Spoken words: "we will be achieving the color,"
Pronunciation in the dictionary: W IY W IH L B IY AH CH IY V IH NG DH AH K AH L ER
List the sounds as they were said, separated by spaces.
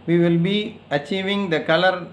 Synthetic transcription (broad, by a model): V IY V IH L B IY AH CH IY V IH NG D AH K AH L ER